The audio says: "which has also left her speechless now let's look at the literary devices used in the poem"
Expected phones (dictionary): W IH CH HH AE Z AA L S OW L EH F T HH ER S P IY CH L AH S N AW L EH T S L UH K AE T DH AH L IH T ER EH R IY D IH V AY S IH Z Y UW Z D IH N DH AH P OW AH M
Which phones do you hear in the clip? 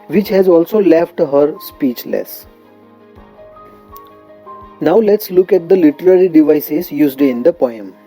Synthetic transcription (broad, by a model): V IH CH HH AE Z AA L S OW L EH F T HH ER S P IY CH L AH S N AW L EH T S L UH K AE T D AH L IH T ER EH R IY D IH V AY S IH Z Y UW Z D IH N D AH P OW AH M